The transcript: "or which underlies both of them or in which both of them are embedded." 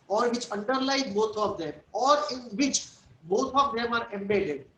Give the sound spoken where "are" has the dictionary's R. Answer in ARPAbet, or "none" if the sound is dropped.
R